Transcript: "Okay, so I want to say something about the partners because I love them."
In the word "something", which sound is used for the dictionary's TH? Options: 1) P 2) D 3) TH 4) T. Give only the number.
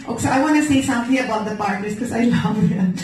4